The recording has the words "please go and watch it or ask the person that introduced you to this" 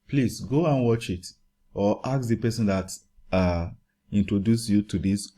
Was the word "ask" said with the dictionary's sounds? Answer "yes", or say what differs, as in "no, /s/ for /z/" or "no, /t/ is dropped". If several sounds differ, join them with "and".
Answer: no, /s/ is dropped